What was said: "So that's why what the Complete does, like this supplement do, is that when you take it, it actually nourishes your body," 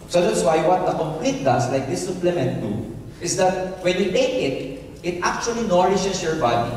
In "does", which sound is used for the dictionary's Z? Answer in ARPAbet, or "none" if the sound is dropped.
S